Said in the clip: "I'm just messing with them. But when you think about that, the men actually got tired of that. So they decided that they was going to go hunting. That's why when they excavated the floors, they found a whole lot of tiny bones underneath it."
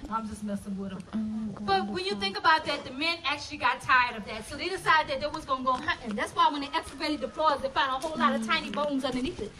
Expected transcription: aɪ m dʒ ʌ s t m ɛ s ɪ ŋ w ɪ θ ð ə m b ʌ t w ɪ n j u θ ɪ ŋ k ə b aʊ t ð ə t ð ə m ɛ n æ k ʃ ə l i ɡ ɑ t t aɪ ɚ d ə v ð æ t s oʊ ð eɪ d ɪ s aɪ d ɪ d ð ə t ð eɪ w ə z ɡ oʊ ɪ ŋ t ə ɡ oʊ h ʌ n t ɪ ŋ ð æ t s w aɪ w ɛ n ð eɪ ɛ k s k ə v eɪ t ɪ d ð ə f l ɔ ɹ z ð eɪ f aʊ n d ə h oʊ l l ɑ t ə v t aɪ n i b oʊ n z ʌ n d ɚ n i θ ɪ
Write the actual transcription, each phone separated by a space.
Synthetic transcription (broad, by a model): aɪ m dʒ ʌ s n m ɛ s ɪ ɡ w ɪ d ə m b ʌ t w ɪ n j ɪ θ ɪ ŋ k ə b aʊ t ð ə t ð ə m ɛ n æ k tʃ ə l i ɡ ɑ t t aɪ ɚ d ə v ð æ t s oʊ ð eɪ d ɪ s aɪ d ɪ d ð ə t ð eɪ w ə z ɡ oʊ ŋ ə ɡ oʊ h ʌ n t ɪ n ð æ t s w aɪ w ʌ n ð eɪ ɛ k s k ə b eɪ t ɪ d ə p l ɔ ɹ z ð eɪ f aʊ n d ə h oʊ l l ɑ t ə v t aɪ n i b oʊ n z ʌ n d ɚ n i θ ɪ